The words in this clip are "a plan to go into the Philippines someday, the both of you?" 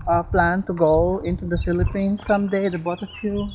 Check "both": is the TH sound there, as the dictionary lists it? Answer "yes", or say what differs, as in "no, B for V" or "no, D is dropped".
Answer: no, T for TH